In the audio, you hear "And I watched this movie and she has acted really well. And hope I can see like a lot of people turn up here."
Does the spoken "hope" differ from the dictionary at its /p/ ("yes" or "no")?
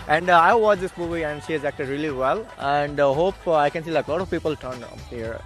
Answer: no